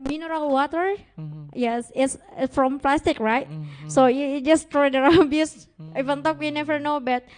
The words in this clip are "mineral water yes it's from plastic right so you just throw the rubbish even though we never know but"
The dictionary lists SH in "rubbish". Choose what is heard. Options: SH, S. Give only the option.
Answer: S